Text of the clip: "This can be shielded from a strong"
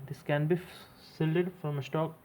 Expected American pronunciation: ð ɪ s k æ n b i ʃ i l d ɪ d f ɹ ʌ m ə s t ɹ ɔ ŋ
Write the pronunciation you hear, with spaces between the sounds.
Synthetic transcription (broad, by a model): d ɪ s k æ n b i s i l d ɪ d f ɹ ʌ m ə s t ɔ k